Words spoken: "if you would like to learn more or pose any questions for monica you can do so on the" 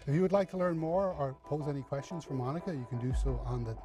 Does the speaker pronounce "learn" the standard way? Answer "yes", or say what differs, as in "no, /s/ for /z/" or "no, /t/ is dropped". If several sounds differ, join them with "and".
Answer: yes